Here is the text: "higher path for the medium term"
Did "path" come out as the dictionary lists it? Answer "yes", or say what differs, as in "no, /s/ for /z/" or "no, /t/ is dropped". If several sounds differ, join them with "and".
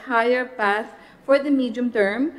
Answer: no, /s/ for /θ/